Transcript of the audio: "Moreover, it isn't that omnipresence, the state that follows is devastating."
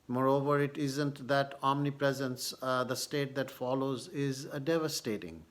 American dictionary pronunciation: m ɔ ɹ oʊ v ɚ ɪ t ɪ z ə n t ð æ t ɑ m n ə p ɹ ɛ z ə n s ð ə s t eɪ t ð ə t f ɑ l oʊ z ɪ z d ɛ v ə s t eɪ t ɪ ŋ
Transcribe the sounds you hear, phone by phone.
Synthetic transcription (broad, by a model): m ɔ ɹ oʊ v ɚ ɪ t ɪ z ə n t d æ t ɑ m n ə p ɹ ɛ z ə n s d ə s t eɪ t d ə t f ɑ l oʊ z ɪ z d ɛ v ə s t eɪ t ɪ ŋ